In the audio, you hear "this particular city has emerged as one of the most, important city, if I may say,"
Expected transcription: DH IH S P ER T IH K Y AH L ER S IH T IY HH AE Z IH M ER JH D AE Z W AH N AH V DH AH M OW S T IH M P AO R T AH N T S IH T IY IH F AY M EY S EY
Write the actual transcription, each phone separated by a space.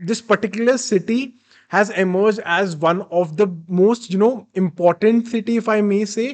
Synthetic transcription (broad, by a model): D IH S P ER T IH K Y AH L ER S IH T IY HH AE Z IH M ER JH D AE Z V AH N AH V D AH M OW S T IH M P AO R T AH N T S IH T IY IH F AY M EY S EY